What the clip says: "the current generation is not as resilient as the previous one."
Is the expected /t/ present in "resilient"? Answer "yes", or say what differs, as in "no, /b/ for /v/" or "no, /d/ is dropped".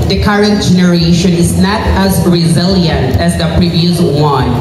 yes